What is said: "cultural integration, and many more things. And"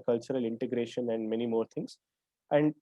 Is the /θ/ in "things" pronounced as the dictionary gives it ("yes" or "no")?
no